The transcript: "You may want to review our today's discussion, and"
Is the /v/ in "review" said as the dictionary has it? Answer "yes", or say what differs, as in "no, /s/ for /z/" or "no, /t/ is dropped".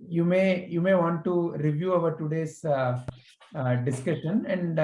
yes